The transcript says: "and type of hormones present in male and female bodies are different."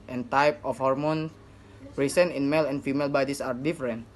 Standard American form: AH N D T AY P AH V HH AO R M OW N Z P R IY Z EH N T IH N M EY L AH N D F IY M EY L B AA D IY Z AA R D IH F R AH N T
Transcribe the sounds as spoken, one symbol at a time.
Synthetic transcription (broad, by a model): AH N T AY P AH F HH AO R M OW N P R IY S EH N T IH N M EY L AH N F IY M EY L B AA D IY S AA R D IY F R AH N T